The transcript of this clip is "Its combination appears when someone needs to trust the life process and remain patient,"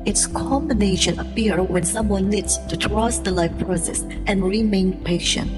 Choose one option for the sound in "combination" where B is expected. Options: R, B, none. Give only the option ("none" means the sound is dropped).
B